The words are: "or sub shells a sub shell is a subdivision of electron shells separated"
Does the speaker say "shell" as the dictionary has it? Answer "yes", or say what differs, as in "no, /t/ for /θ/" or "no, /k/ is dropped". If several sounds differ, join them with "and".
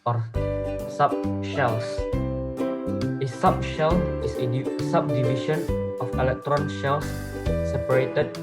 yes